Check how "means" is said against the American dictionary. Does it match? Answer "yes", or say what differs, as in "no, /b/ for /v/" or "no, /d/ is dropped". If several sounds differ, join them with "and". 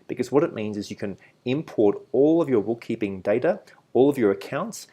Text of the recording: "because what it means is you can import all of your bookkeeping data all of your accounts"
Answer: yes